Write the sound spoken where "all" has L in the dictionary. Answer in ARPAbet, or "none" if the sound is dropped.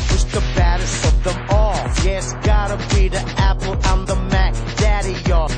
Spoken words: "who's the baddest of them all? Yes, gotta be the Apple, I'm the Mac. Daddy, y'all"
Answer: L